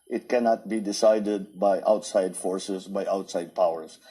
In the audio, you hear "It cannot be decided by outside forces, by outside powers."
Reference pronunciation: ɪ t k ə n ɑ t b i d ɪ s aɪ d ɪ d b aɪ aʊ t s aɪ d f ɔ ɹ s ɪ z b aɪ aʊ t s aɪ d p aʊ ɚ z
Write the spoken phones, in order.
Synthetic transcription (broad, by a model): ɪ t k ə n ɑ t b i d ɪ s aɪ d ɪ d b aɪ aʊ t s aɪ d f ɔ ɹ s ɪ s b aɪ aʊ t s aɪ d p aʊ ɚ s